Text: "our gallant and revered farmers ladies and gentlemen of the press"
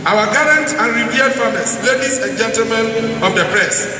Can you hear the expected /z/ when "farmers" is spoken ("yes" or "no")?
no